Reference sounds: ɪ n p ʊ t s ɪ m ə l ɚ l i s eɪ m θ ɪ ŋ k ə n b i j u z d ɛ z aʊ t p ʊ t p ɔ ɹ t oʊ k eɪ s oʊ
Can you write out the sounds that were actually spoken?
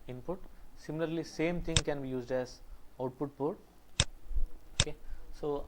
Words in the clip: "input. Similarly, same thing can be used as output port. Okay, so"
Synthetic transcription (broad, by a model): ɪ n p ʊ t s ɪ m ə l ɚ l i s eɪ m t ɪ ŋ k ə n b i j u z d ɛ z aʊ t p ʊ t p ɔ ɹ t oʊ k eɪ s oʊ